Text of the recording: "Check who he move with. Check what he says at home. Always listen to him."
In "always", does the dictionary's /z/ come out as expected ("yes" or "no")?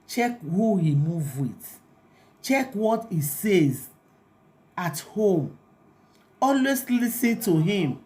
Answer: no